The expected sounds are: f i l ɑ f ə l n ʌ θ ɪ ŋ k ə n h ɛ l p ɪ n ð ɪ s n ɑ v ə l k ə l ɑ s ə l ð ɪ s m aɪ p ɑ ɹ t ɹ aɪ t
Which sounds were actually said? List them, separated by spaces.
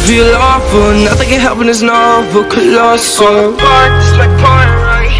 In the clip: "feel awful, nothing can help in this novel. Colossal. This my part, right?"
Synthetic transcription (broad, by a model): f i l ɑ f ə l n ʌ θ ɪ ŋ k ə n h ɛ l p ɪ n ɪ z n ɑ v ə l k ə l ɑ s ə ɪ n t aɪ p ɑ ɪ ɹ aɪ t